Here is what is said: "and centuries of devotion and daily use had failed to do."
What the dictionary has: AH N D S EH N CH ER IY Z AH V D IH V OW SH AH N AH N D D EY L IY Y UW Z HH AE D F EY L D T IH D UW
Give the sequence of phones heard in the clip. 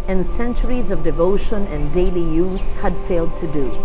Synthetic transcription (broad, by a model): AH N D S EH N CH ER IY Z AH V D IH V OW SH AH N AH N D D EY L IY Y UW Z HH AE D F EY L D T IH D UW